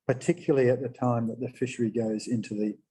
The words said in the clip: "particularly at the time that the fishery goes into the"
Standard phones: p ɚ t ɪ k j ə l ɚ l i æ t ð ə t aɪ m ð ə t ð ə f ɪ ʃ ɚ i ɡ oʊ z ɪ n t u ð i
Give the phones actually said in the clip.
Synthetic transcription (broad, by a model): p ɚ t ɪ k j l l i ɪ t ð ə t aɪ m ð ə t ð ə f ɪ ʃ ɚ i ɡ oʊ z ɪ n t u ð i